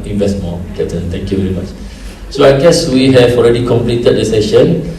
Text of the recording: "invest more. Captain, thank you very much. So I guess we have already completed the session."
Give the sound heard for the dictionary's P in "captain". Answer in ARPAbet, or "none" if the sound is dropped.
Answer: none